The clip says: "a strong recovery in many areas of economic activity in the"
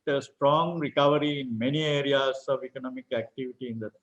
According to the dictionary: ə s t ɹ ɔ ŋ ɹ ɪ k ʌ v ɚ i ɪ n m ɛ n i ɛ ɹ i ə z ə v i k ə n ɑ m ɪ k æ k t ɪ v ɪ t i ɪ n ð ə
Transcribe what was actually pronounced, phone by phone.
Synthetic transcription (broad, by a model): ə s t ɹ ɔ ŋ ɹ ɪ k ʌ v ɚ i ɪ n m ɛ n i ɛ ɹ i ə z ə v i k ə n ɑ m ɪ k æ k t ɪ v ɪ t i ɪ n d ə